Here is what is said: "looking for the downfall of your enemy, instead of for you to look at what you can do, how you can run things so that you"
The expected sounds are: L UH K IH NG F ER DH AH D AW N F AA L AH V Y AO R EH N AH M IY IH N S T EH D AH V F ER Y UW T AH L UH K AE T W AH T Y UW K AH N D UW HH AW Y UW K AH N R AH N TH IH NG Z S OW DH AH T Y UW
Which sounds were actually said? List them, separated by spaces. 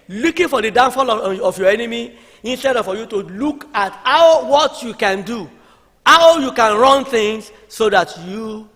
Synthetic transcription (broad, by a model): L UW K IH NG F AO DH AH D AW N F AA L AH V Y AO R EH N AH M IY IH N S T EH D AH F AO Y UW T AH L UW K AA T W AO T Y UW K AH N D UW HH AW Y UW K AH N R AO N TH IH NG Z S OW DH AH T Y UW